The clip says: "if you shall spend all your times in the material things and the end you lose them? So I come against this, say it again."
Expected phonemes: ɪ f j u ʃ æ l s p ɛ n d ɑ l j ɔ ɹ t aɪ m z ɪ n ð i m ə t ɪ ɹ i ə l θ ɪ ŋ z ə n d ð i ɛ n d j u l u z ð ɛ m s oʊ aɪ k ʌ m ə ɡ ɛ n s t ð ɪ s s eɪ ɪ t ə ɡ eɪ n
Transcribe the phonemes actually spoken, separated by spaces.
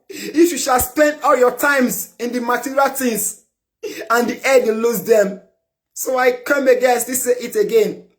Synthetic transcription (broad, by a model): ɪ f j u ʃ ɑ l s p ɛ n d ɑ l j ɔ t aɪ m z ɪ n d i m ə t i ɹ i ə l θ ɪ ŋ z ə n d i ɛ d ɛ l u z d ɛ m s oʊ aɪ k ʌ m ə ɡ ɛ s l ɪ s s eɪ ɪ t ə ɡ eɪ n